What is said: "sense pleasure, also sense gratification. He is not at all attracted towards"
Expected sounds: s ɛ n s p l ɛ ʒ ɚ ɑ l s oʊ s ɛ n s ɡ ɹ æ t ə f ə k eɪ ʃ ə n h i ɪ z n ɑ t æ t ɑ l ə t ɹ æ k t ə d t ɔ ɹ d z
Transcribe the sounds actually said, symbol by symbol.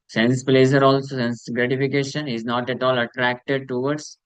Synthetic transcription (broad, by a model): s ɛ n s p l ɛ z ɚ ɑ l s oʊ s ɛ n s ɡ ɹ æ t ə f ə k eɪ ʃ ə n h i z n ɑ t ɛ t ɑ l ə t ɹ æ k t ə d t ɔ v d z